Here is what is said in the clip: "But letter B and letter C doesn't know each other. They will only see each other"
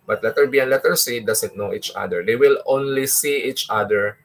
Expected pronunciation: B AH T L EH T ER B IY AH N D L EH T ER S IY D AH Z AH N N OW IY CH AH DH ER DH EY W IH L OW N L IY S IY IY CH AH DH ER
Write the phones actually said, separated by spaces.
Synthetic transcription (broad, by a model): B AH T L EH T ER B IY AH N L EH T ER S IY D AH S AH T N OW IY CH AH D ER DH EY W IH L OW N L IY S IY IY CH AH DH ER